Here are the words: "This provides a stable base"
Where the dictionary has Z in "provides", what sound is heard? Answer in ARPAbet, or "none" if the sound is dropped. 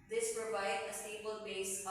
none